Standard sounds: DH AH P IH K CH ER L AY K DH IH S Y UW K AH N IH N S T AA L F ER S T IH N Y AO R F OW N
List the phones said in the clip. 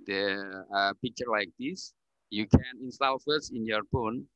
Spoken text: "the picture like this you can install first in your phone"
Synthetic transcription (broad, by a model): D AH P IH K CH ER L AY K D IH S Y UW K AH N IH N S T AA L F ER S IH N Y AO R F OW N